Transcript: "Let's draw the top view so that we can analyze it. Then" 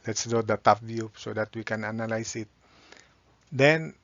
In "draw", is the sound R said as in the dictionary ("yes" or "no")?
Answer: no